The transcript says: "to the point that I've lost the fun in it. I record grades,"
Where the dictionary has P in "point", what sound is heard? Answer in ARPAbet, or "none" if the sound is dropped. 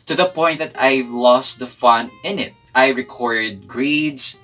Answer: P